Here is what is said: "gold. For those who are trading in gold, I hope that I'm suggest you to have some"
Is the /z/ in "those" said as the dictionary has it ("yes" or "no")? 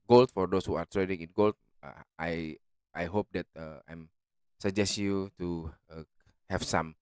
no